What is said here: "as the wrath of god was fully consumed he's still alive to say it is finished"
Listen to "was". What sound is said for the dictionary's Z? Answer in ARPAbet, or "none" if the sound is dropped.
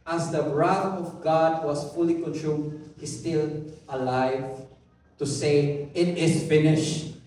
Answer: S